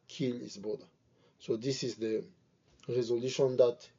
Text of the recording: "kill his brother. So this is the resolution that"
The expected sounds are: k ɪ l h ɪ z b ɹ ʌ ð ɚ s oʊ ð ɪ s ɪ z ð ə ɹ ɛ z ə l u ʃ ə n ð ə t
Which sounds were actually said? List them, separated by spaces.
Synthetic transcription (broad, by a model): k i l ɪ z b ɔ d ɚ s oʊ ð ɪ s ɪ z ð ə ɹ ɛ z ə l u ʃ ə n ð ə t